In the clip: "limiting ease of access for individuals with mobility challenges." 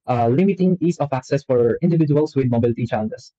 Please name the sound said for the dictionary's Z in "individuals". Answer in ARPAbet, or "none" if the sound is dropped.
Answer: S